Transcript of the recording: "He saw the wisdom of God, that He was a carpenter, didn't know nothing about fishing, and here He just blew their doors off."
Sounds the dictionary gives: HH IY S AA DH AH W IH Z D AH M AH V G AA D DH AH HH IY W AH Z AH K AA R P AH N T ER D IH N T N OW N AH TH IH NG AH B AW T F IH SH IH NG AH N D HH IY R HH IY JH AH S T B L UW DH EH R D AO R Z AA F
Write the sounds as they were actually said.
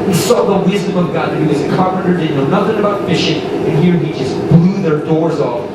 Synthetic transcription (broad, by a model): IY S AA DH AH W IH Z D AH M AH V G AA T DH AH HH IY W AH Z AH K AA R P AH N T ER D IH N N OW N AH TH IH NG AH B AW T F IH SH IH NG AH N HH IY R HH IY JH AH S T B L UW DH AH R D AO R Z AA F